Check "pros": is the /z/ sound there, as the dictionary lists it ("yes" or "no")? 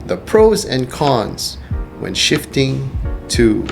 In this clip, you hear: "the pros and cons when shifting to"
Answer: yes